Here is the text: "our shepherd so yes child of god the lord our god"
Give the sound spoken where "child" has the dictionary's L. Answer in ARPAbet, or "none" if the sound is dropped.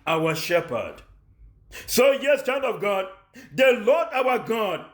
N